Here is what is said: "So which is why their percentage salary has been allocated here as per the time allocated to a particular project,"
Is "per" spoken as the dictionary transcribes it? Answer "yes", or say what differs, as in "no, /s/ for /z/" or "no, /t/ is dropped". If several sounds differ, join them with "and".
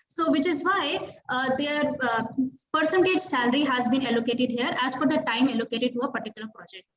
no, /f/ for /p/